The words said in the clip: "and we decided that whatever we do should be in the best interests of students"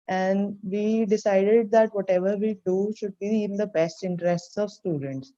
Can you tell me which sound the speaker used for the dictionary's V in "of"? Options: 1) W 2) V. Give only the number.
2